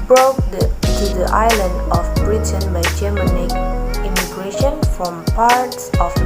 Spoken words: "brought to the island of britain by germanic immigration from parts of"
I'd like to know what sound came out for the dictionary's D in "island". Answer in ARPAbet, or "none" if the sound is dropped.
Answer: D